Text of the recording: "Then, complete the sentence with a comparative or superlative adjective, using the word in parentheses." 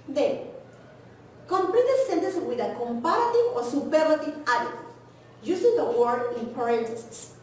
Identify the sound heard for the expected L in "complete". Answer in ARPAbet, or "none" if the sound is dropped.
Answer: L